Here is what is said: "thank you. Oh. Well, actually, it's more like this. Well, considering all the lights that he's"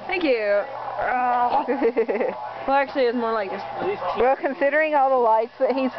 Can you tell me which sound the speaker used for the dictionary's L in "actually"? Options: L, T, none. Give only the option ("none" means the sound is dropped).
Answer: L